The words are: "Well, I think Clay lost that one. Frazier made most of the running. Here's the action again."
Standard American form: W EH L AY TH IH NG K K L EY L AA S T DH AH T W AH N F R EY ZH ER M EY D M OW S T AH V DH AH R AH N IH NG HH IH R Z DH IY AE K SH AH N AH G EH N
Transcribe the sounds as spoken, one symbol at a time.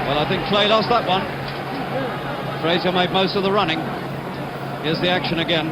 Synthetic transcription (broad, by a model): W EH L AY TH IH NG K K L EY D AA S DH AH T W AH N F R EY Z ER M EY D M OW S T AH V DH AH R AH N IH NG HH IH Z DH IY AE K SH AH N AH G EH N